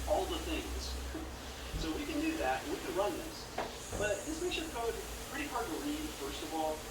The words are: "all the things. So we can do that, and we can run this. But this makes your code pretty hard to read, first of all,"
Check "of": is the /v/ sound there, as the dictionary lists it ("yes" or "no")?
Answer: yes